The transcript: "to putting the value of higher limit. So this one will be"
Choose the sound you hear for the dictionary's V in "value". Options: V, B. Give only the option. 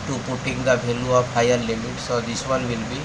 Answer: B